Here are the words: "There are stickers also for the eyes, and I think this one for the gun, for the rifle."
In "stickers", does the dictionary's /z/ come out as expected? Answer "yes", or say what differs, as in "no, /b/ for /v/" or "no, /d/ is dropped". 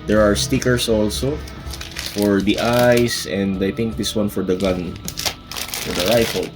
no, /s/ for /z/